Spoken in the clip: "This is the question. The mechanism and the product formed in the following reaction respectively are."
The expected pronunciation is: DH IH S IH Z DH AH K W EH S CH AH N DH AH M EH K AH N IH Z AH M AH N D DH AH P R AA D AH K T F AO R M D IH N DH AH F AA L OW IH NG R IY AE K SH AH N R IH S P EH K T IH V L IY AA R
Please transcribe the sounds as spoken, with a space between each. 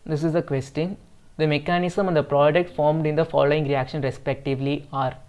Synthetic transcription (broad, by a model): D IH S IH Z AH K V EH S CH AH N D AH M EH K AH N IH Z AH M AH N D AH P R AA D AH K T F AO R M D IH N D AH F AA L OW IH NG R IY AE K SH AH N R IH S P EH K T IH V L IY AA R